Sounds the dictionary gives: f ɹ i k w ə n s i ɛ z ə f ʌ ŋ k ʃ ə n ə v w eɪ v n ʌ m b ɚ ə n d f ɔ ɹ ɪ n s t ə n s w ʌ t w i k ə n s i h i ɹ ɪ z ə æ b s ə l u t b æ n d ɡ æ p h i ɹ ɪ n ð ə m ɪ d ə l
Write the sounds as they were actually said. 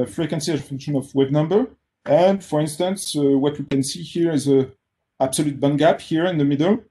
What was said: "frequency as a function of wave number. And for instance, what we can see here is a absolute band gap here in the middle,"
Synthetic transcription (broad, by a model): f ɹ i k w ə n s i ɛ ə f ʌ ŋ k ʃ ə n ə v w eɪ b n ʌ m b ɚ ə n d f ɔ ɹ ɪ n s t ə n s w ʌ t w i k ə n s i h i ɹ ɪ z ə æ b s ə l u t b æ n ɡ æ p h i ɹ ɪ n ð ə m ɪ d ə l